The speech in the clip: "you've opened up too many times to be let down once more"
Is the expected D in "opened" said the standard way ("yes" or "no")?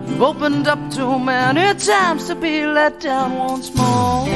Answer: yes